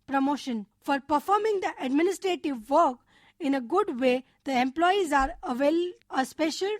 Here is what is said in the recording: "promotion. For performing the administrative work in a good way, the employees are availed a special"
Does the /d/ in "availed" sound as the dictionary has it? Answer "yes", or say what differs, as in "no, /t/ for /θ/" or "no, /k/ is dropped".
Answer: no, /d/ is dropped